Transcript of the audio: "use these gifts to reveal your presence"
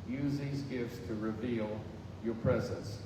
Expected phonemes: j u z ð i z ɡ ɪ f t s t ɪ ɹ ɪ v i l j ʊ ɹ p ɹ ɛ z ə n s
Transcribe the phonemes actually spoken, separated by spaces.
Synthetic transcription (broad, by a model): j u z ð i z ɡ ɪ f t s t ɪ ɹ ɪ v i l j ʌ ɹ p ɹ ɛ z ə n s